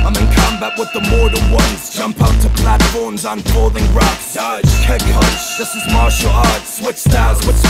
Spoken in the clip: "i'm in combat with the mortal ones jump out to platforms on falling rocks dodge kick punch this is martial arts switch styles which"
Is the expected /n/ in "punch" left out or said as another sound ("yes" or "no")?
yes